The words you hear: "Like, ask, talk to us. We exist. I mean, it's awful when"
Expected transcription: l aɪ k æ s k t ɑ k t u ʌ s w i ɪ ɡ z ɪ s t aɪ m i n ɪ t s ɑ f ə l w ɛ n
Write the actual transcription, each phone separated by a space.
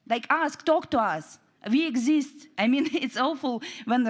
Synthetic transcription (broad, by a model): l aɪ k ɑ s k t ɑ k t u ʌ s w i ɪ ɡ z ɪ s t aɪ m i n ɪ t s ɑ f ə l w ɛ n